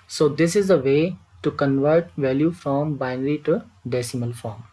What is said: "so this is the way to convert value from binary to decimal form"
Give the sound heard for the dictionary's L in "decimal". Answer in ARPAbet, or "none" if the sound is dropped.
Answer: L